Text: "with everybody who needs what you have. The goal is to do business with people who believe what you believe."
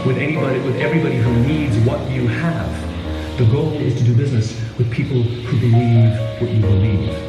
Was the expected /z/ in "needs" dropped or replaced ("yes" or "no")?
no